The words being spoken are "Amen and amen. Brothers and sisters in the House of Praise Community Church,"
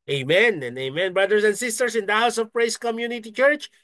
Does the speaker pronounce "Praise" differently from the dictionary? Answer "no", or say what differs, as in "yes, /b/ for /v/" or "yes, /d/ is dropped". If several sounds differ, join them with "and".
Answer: yes, /s/ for /z/